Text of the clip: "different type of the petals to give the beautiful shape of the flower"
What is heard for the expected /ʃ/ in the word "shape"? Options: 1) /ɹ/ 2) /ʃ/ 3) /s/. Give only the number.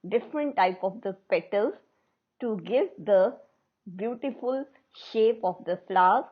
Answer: 2